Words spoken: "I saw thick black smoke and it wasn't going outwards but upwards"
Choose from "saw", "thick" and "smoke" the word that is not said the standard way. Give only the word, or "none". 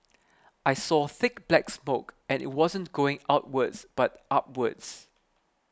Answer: none